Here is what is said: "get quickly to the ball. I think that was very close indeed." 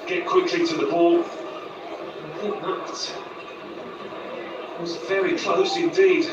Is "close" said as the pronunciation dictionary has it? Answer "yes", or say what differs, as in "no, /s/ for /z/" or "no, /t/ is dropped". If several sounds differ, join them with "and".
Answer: yes